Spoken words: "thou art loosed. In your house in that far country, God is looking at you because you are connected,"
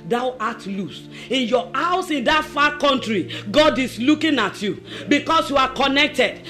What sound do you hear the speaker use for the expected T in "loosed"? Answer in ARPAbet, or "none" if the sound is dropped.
none